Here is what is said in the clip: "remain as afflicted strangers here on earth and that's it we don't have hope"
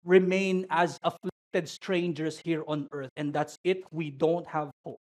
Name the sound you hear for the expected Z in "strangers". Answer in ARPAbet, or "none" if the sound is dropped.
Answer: S